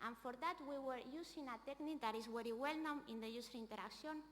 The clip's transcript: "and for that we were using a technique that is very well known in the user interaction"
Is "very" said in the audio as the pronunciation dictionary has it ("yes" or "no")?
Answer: no